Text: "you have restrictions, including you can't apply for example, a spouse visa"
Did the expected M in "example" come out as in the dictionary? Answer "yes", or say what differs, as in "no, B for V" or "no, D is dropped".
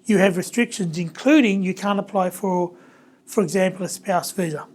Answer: yes